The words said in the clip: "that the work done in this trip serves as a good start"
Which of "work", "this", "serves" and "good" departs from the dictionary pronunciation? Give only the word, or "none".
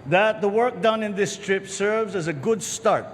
none